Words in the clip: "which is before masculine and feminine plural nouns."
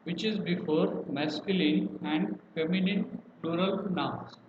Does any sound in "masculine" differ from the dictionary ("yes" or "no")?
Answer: no